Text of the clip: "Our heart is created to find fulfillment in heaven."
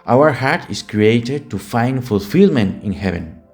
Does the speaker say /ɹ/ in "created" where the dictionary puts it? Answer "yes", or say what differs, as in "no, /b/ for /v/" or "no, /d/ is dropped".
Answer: yes